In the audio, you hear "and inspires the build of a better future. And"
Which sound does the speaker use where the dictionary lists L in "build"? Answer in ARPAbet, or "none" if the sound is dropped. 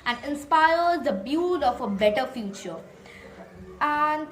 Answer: none